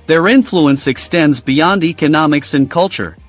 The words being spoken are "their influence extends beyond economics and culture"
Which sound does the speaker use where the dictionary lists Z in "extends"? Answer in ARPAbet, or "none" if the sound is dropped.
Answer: Z